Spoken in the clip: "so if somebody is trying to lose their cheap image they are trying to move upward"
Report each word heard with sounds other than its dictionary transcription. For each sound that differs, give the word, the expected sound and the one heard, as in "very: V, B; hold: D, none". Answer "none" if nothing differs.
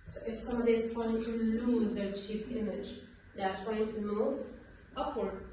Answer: somebody: B, none